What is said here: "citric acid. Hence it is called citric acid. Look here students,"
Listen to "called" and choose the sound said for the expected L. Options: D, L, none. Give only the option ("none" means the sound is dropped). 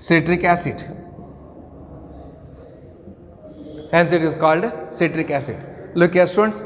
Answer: L